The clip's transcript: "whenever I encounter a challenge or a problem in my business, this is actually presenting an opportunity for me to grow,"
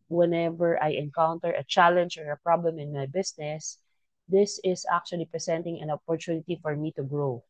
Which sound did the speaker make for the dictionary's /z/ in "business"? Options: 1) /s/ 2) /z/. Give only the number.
1